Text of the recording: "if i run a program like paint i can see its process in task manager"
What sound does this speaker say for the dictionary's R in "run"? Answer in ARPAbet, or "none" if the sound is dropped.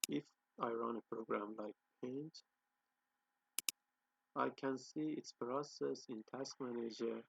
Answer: R